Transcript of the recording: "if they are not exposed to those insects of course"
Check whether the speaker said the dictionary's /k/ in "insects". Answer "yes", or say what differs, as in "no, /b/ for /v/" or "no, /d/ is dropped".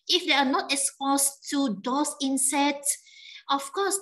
no, /k/ is dropped